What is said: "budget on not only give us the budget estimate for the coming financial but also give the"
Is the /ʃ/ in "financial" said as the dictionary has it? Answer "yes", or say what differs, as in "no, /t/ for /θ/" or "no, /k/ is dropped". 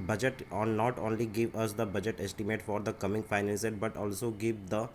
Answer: no, /s/ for /ʃ/